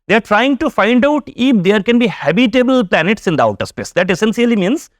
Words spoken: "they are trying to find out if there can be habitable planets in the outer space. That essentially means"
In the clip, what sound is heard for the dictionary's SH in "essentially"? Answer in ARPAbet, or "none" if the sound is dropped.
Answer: S